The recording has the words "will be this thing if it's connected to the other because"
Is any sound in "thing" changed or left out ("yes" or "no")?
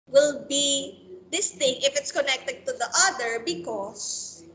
yes